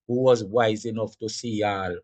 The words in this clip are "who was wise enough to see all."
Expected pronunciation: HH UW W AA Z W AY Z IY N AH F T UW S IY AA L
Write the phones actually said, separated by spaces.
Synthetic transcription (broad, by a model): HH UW W AA Z W AY Z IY N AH F T UW S IY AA L